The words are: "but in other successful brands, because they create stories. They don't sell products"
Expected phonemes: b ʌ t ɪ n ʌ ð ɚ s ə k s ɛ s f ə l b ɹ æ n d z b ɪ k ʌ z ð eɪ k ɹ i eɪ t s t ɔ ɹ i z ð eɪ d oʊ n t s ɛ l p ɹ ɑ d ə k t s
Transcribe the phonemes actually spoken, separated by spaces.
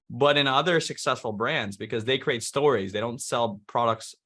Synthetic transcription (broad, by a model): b ʌ t ɪ n ʌ ð ɚ s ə k s ɛ s f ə l b ɹ æ n d z b ɪ k ʌ z ð eɪ k ɹ i eɪ t s t ɔ ɹ i z ð eɪ d oʊ n t s ɛ l p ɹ ɑ d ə k t s